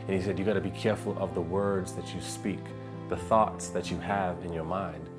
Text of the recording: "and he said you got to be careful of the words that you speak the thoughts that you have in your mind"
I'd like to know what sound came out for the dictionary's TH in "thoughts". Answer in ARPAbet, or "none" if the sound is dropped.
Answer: TH